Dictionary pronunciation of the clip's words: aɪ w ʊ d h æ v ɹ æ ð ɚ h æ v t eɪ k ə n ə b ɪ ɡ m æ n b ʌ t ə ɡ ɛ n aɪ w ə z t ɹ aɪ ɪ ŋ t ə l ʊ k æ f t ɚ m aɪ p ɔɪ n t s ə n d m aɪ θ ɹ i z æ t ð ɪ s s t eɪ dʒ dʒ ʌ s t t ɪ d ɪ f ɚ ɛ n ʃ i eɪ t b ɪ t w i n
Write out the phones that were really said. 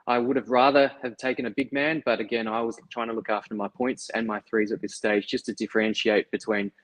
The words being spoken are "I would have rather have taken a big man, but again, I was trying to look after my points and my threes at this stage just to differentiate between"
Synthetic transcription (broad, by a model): aɪ w ʊ d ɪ v ɹ æ ð ɚ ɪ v t eɪ k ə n ə b ɪ ɡ m æ n b ʌ t ə ɡ ɛ n aɪ w ə z t ɹ aɪ ɪ ŋ t ə l ʊ k æ f t ɚ m aɪ p ɔɪ n t s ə n m aɪ θ ɹ i z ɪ t ð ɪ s s t eɪ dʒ dʒ ʌ s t t ɪ d ɪ f ɚ ɛ n ʃ i eɪ t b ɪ t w i n